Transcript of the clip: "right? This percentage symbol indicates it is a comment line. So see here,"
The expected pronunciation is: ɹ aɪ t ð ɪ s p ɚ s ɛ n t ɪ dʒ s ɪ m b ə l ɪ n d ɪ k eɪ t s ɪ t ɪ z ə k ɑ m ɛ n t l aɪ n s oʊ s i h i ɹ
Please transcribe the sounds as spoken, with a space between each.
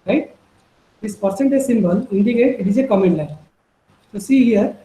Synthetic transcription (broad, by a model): ɹ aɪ t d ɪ s p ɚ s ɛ n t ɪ z s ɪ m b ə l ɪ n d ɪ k eɪ t ɪ t ɪ z ə k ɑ m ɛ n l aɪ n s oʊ s i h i ɹ